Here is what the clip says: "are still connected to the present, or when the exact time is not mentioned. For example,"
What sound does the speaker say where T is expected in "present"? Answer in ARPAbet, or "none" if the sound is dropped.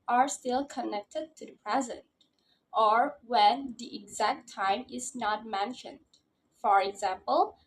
T